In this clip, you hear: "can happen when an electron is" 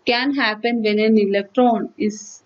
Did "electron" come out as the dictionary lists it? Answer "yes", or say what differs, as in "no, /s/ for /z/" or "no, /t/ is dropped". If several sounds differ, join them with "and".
yes